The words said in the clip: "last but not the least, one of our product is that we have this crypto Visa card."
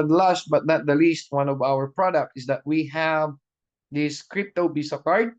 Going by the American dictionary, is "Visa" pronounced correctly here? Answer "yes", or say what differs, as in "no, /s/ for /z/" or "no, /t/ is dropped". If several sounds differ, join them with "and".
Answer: no, /b/ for /v/ and /s/ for /z/